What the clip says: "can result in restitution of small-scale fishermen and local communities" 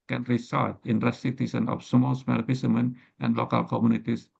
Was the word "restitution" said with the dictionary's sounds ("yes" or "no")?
no